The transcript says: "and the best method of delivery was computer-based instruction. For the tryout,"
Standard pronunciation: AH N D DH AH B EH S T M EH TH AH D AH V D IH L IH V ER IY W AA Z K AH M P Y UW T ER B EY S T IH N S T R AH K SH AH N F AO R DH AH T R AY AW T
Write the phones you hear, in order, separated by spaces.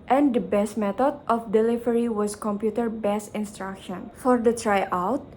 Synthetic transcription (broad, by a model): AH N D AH B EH S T M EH T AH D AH F D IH L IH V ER IY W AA S K AH M P Y UW T ER B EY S IH N S T R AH K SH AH N F AO R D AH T R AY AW T